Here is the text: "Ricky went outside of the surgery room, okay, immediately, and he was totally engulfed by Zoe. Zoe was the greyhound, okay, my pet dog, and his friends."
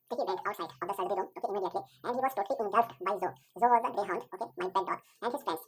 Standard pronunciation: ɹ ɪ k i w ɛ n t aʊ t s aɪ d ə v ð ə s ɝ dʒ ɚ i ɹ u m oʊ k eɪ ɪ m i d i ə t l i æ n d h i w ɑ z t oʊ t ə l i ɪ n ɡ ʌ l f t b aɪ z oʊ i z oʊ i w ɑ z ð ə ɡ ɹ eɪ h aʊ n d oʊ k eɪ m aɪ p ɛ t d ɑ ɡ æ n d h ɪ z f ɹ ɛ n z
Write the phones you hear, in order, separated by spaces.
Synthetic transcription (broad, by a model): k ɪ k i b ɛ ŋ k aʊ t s aɪ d ə v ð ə s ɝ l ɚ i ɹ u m oʊ k eɪ ɪ m i d i ə t l i æ n d h i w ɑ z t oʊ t l i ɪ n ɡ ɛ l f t b aɪ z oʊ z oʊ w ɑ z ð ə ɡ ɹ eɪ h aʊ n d oʊ k eɪ m aɪ b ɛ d d ɑ ɡ æ n d h ɪ z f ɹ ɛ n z